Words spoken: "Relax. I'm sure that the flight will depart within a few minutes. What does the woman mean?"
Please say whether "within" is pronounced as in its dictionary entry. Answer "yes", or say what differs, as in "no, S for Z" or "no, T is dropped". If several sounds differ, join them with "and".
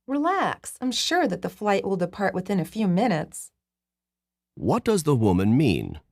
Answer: yes